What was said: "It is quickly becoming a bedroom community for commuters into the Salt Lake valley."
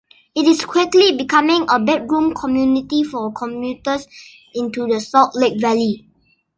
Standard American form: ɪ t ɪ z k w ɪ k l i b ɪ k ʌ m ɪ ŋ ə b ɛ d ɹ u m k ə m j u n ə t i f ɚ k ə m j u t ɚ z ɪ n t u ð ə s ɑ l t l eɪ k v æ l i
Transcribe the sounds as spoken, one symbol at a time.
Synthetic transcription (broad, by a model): ɪ t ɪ s k w ɪ k l i b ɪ k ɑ m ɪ ŋ ə b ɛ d ɹ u m k ə m j u n ə t i f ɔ k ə m j u t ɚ s ɪ n t u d ə s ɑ t l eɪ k v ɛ l i